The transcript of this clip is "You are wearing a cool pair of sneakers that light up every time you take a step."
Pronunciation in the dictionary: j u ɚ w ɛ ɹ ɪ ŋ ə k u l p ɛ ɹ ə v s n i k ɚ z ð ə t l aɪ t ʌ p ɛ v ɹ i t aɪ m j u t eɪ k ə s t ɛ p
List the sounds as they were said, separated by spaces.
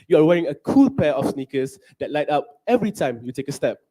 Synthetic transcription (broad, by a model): j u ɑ w ɛ ɹ ɪ ŋ ə k u l p ɛ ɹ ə f s n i k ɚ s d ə t l aɪ t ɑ p ɛ v ɹ i t aɪ m j u t eɪ k ə s t ɛ p